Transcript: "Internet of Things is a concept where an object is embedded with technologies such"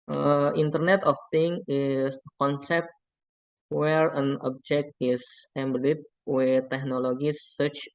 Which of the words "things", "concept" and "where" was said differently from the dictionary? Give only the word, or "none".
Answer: things